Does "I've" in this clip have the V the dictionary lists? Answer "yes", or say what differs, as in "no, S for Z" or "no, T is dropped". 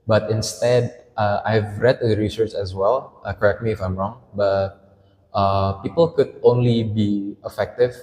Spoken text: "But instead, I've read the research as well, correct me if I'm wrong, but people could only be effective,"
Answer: yes